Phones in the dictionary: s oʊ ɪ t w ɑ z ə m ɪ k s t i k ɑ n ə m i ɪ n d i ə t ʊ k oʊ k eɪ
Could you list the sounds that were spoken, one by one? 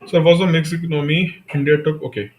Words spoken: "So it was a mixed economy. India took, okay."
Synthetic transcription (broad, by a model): s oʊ ɪ t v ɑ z ə m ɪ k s i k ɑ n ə m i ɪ n d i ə t ʊ k oʊ k eɪ